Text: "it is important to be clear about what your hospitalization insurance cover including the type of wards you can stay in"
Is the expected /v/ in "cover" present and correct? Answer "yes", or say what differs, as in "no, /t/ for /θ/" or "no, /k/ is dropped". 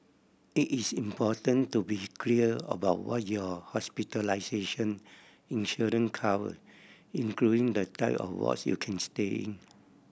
no, /w/ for /v/